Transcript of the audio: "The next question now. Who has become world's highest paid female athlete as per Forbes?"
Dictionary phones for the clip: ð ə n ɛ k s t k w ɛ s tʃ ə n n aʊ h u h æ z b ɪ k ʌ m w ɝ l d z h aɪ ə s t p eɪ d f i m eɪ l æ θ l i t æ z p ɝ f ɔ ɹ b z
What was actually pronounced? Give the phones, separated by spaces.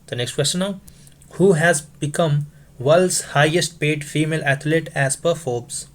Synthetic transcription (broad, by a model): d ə n ɛ k s t k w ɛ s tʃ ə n n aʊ h u h æ z b ɪ k ʌ m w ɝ l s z h aɪ ə s t p eɪ d f i m eɪ l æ t l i t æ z p ɝ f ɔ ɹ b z